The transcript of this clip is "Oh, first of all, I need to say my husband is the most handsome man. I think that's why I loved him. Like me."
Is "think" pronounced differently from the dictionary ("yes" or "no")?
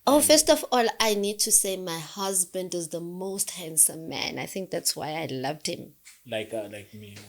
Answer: no